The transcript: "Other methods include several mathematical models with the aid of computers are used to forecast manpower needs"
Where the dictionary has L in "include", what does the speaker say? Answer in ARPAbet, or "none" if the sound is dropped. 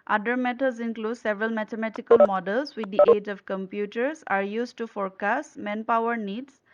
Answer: L